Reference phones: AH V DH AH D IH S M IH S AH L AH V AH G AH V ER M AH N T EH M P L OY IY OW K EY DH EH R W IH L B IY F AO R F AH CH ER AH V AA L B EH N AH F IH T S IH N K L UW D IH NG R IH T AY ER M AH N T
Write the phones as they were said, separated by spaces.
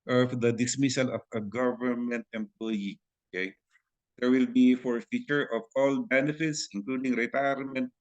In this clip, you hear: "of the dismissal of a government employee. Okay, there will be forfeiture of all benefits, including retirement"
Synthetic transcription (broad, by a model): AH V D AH D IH S M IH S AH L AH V AH G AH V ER M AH N T EH M P L OY IY OW K EY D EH R W IH L B IY F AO R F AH CH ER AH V AA L B EH N AH F IH T S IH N K L UW D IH NG R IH T AY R M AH N T